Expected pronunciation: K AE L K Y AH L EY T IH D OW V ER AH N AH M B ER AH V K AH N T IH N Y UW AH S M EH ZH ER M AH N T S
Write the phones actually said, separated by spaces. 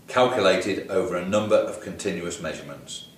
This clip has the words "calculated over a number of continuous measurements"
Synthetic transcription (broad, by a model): K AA L K Y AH L EY T IH D OW V ER AH N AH M B ER AH V K AH N T IH N Y UW AH S M EH ZH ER M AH N T S